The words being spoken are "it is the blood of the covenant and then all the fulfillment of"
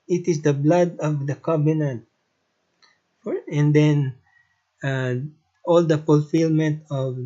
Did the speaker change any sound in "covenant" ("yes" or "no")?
yes